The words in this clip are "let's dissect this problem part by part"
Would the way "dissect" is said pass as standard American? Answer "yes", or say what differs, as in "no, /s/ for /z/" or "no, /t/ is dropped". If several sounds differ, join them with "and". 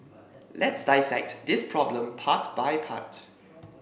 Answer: yes